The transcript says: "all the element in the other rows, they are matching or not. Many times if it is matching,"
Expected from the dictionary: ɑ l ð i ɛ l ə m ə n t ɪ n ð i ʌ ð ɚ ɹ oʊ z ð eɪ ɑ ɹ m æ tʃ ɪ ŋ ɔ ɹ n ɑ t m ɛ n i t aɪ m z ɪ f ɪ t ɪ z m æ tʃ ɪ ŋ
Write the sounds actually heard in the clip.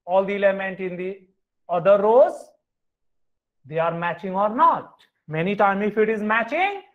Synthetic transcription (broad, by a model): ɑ l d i ɛ l ə m ə n t ɪ n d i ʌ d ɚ ɹ oʊ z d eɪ ɑ ɹ m æ tʃ ɪ ŋ ɔ ɹ n ɑ t m ɛ n i t aɪ m ɪ f ɪ t ɪ z m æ tʃ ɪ ŋ